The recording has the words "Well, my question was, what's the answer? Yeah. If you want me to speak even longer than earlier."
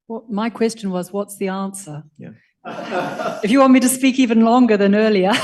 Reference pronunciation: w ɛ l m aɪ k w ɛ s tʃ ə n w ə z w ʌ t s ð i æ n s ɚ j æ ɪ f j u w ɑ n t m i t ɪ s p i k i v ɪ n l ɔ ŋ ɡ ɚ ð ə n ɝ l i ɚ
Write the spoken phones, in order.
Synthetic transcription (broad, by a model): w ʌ m aɪ k w ɛ s tʃ ə n w ə z w ʌ t s ð i æ n s ɚ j ɪ f j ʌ w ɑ n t m i t ɪ s p i k i v ɪ n l ɔ ŋ ɡ ɚ ð ə n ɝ l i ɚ